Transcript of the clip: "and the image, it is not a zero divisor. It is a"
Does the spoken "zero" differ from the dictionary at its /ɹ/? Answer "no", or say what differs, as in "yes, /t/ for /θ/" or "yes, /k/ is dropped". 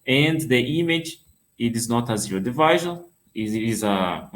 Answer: yes, /ɹ/ is dropped